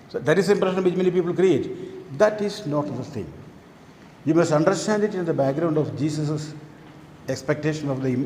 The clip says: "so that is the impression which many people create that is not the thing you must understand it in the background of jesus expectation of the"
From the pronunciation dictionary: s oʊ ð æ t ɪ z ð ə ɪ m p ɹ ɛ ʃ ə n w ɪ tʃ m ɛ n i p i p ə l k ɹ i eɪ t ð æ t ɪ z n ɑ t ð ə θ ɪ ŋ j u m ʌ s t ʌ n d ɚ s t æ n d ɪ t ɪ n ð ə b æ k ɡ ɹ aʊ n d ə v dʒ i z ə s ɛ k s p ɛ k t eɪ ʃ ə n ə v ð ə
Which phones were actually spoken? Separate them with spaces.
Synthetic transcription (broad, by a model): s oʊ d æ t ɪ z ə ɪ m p ɹ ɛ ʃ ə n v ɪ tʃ m ɛ n i p i p ə l k ɹ i eɪ t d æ t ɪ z n ɑ t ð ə s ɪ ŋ j u m ʌ s t ʌ n d ɚ s t æ n d ɪ t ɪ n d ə b æ k ɡ ɹ aʊ n d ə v dʒ i s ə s ɛ k s p ɛ k t eɪ ʃ ə n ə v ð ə